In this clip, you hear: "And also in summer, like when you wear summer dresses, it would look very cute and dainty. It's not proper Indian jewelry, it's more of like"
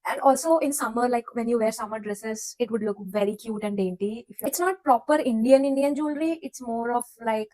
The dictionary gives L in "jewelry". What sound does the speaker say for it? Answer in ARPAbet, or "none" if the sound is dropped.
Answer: N